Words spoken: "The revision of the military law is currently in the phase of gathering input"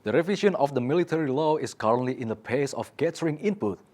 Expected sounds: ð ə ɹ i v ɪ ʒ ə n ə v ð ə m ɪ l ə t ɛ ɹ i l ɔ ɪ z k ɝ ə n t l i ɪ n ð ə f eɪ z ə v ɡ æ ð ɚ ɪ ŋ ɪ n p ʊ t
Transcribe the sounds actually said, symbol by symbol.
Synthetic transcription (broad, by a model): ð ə ɹ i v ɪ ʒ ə n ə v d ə m ɪ l ə t ɛ ɹ i l ɔ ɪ s k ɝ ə n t l i ɪ n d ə p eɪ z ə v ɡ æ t ɚ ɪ ŋ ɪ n p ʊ t